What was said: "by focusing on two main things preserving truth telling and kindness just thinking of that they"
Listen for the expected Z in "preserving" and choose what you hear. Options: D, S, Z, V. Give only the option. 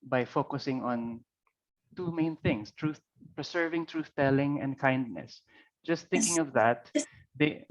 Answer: S